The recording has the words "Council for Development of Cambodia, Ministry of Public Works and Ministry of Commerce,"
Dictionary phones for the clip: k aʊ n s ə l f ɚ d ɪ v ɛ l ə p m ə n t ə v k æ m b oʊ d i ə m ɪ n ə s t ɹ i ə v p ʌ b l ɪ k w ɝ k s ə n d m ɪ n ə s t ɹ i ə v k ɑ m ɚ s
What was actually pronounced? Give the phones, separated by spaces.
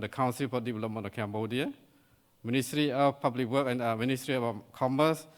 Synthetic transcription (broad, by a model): k aʊ n s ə l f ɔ d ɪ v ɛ l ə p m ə n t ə f k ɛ m b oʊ d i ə m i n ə s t ɹ i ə f p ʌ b l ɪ k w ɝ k ə n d m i n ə s t ɹ i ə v k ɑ m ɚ s